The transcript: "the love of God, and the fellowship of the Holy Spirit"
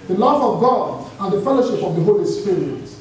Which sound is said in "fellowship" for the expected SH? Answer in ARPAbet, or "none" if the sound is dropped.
SH